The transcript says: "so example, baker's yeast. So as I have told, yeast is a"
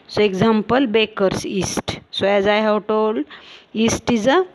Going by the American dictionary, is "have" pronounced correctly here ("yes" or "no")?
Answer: no